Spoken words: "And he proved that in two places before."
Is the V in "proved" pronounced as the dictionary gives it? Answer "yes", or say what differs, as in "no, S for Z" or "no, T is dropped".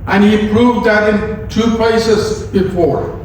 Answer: yes